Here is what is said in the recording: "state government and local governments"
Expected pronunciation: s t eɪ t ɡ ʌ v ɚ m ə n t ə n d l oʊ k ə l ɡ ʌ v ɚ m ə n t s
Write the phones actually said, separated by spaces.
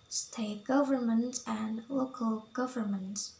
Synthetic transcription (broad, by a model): s t eɪ t ɡ ʌ v ɚ m ə n t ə n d l oʊ k ə l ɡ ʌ v ɚ m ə n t